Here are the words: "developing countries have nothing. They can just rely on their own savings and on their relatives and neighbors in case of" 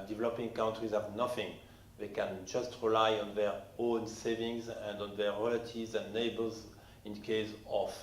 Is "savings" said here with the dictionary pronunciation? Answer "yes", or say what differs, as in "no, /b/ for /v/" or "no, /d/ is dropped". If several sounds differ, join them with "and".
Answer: yes